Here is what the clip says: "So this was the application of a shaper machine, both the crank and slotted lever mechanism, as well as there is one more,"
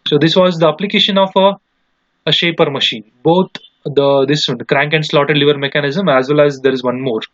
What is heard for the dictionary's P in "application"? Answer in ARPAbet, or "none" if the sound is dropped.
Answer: P